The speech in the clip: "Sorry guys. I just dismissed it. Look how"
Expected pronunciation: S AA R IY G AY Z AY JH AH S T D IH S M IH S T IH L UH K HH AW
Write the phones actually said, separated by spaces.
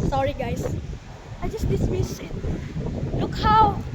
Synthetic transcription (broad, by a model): S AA R IY G AY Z AY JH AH S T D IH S M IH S IH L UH K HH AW